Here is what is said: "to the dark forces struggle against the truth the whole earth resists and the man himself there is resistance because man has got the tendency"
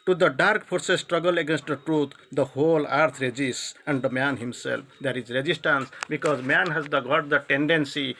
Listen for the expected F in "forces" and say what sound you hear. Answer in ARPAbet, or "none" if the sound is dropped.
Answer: P